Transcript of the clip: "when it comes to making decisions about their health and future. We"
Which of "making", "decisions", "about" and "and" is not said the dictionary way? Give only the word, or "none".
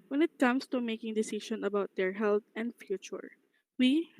decisions